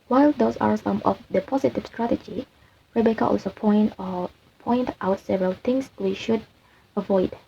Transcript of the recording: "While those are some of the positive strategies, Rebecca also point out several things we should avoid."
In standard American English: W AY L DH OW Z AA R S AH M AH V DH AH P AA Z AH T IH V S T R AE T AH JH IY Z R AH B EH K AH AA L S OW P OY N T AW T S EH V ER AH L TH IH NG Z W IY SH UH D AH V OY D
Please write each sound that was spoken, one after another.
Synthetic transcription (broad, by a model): W AY L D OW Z AA R S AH M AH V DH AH P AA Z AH T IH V S T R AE T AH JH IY R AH B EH K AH AA L S OW P OY N T AW T S EH V ER AH L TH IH NG S W IY SH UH D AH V OY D